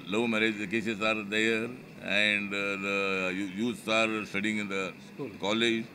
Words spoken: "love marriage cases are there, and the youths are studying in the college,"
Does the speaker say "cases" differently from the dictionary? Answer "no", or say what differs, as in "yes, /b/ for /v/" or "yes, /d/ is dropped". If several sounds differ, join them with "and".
yes, /s/ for /z/